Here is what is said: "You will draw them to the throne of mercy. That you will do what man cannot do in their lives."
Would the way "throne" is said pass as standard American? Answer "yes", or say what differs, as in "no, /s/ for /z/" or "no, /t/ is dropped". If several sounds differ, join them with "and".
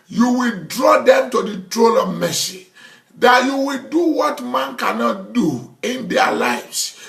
no, /t/ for /θ/ and /l/ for /n/